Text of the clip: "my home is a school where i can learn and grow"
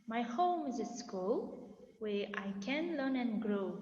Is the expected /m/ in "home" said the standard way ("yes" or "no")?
yes